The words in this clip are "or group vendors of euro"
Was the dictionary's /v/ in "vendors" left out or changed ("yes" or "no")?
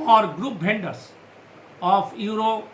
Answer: yes